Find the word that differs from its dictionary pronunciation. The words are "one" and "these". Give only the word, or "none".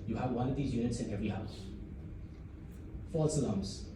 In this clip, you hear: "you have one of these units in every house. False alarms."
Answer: none